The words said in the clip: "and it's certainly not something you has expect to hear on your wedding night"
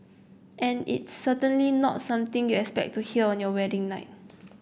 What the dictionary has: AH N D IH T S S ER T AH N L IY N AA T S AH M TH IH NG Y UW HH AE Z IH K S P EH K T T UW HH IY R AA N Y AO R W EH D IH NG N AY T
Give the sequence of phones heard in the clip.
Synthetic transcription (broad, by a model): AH N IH T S S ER T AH N L IY N AA T S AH M T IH NG Y UW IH K S P EH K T T UW HH IY L AA N Y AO W EH D IH NG N AY T